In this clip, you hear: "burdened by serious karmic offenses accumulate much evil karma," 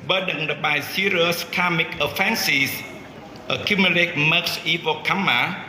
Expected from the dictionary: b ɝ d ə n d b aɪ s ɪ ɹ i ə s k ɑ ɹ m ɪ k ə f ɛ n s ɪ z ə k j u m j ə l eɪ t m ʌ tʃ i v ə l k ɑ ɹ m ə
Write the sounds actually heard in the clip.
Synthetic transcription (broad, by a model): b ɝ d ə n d b aɪ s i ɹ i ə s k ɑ m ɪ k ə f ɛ n s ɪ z ə k j u m j ə l eɪ t m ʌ s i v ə k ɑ m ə